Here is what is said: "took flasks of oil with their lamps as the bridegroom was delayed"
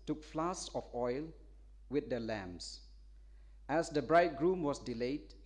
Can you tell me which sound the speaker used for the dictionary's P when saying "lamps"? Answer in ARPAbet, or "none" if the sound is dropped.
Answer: none